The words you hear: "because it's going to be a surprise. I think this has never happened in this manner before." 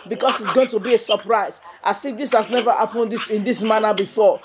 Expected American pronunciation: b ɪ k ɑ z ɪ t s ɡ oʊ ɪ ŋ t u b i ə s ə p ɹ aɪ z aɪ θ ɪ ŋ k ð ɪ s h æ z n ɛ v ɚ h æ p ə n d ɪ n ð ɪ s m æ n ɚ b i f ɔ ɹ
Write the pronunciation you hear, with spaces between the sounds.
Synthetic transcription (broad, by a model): b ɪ k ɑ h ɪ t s ɡ oʊ ɪ ŋ t u b i ə s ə p ɹ aɪ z aɪ s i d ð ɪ s h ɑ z n ɛ v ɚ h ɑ p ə n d ɪ n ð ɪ s m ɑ n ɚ b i f ɔ